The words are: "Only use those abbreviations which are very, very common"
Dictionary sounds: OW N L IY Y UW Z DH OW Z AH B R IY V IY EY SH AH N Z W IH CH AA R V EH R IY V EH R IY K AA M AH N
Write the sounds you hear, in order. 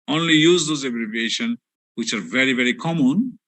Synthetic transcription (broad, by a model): OW N L IY Y UW Z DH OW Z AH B R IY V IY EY SH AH N W IH CH AA R V EH R IY V EH R IY K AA M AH N